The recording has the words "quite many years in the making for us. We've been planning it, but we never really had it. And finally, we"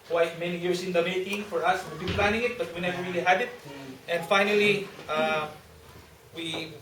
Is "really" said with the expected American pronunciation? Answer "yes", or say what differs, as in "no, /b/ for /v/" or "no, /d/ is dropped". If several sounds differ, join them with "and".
yes